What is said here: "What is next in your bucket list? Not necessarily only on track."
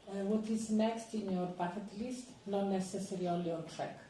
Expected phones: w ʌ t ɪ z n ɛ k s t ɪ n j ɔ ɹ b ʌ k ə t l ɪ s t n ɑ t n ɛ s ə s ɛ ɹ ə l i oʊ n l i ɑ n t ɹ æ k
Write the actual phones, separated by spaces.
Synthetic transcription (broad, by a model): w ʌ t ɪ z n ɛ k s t ɪ n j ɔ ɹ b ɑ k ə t l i s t n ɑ n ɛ s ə s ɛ ɹ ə i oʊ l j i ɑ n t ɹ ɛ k